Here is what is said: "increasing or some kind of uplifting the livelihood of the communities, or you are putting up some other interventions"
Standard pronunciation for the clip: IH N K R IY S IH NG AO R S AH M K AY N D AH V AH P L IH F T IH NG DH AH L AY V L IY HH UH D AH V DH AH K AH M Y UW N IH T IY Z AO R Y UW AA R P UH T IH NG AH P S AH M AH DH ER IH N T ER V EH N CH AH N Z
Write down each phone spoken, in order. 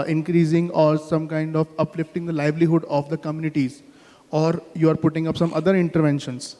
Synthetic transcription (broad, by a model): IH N K R IY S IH NG AO R S AH M K AY N D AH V AH P L IH F T IH NG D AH L AY V L IY HH UH D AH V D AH K AH M Y UW N IH T IY Z AO R Y UW AA R P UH T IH NG AH P S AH M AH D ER IH N T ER V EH N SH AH N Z